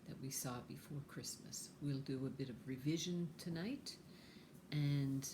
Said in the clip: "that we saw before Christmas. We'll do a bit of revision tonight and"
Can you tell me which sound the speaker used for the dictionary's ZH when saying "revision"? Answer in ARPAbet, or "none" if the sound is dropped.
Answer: ZH